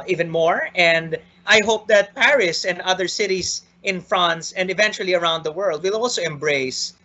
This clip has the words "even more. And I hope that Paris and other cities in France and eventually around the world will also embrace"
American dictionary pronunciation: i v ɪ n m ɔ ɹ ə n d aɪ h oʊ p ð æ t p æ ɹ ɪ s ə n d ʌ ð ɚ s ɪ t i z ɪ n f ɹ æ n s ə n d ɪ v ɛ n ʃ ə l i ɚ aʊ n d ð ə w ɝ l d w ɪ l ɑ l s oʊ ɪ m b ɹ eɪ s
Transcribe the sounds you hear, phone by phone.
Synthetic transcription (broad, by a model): i v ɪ n m ɔ ɹ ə n d aɪ h oʊ p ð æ t p æ ɹ ɪ s ə n d ʌ ð ɚ s ɪ t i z ɪ n f ɹ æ n s ə n d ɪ v ɛ n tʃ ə l i ɚ aʊ n d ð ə w ɝ l d w ɪ l ɑ l s oʊ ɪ m b ɹ eɪ s